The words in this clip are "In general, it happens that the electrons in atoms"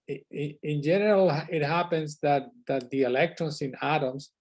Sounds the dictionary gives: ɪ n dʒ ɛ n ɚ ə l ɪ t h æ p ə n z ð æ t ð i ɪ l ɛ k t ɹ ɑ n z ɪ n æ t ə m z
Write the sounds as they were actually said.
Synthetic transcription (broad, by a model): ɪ n dʒ ɛ n ɚ ə l ɪ t h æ p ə n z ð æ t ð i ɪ l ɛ k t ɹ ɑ n s ɪ n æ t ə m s